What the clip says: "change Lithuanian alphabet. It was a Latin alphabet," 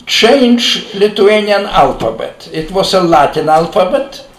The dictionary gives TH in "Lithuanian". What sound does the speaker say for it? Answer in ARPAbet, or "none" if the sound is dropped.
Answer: T